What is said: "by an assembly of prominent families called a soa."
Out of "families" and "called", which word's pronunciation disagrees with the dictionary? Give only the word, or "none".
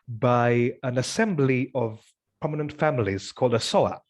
none